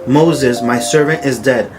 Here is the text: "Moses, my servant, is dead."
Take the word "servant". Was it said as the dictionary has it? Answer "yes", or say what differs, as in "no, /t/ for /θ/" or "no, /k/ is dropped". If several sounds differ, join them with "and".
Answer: yes